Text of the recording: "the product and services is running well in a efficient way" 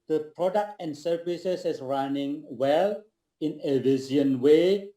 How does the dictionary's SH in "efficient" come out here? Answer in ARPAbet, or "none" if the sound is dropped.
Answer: none